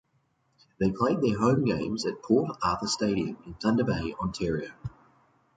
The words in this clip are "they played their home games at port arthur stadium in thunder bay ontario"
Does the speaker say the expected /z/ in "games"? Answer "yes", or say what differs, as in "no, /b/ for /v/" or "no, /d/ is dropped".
yes